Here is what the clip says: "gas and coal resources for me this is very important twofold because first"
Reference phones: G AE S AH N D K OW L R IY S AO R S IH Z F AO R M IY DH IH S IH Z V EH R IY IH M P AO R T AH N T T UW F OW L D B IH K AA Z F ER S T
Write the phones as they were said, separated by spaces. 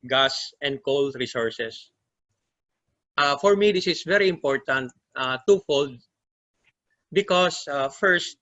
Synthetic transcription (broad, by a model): G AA S AH N D K OW L R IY S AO R S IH S F AO R M IY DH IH S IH S V EH R IY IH M P AO R T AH N T T UW F OW L D B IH K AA S F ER S T